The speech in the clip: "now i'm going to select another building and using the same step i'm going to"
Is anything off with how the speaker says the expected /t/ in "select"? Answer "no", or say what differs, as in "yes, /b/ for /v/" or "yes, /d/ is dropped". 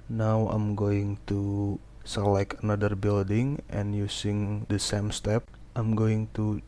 yes, /t/ is dropped